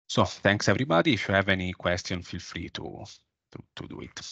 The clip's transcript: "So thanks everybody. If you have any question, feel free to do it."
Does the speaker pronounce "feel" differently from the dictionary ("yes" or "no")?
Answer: no